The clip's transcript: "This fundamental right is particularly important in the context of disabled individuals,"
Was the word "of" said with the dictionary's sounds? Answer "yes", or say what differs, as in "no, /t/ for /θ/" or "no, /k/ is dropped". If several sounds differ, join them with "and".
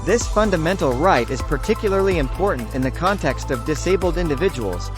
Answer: yes